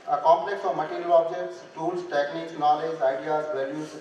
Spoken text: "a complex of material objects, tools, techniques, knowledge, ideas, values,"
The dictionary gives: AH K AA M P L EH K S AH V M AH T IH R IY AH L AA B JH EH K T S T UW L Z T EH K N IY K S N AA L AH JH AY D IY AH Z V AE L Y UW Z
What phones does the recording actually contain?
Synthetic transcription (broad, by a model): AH K AA M P L EH K S AH V M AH T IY R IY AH L AA B JH EH K T S T UW L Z T EH K N IY K S N AA L AH JH AY D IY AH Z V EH L Y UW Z